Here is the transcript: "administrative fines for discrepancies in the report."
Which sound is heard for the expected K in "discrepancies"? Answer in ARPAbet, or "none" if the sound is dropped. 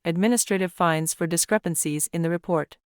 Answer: K